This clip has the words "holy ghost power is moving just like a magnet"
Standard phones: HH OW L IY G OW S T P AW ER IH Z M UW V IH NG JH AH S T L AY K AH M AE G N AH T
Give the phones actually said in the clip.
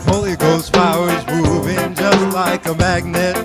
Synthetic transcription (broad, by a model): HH OW L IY G OW S T F AW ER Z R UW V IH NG JH AH S T L AY K AH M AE G N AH T